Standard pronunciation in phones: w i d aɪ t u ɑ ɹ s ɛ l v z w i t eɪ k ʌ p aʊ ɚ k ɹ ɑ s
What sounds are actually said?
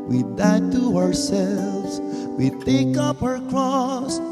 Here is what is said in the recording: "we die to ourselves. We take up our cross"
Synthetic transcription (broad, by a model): w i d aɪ t u ɑ ɹ s ɛ l v z w i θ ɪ k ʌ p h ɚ k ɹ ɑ s